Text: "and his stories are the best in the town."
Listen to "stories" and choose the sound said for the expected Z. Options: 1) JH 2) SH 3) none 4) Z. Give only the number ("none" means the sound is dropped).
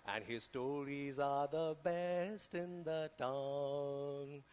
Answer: 4